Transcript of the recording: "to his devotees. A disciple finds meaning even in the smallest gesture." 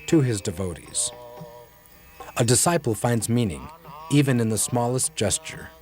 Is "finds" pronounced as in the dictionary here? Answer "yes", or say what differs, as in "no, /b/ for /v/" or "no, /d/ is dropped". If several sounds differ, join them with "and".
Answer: yes